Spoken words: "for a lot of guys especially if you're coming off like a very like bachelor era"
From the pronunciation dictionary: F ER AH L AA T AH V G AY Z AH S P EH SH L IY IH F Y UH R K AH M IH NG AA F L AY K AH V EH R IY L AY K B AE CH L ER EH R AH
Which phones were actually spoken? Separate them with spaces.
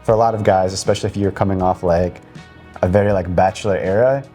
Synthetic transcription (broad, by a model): F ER AH L AA T AH V G AY Z AH S P EH SH L IY IH F Y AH R K AH M IH NG AA F L AY K AH V EH R IY L AY K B AE CH L ER EH R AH